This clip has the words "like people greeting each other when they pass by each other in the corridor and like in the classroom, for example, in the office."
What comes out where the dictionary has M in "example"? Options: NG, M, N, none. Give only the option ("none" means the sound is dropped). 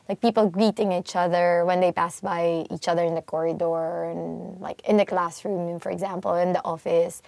M